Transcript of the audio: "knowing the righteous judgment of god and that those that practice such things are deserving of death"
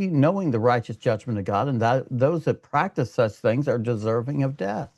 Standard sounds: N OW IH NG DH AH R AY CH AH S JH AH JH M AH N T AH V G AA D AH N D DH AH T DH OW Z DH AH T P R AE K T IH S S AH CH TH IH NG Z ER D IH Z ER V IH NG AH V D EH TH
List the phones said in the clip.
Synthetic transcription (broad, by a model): N OW IH NG DH AH R AY CH AH S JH AH JH M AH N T AH V G AA D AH N DH AH T DH OW Z DH AH T P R AE K T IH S S AH CH TH IH NG Z ER D IH Z ER V IH NG AH V D EH TH